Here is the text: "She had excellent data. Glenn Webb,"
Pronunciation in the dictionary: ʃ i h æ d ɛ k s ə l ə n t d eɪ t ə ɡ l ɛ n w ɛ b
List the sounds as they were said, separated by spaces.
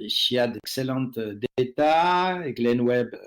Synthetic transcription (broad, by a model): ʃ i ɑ d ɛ k s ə l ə t d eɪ t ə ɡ l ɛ n w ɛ b